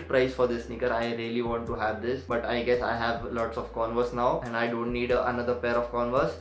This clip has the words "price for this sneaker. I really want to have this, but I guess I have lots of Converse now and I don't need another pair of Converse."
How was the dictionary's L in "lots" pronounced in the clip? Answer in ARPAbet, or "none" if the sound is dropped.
L